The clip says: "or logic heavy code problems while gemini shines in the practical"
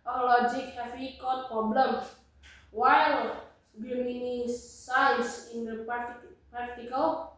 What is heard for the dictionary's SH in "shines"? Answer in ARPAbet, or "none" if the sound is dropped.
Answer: S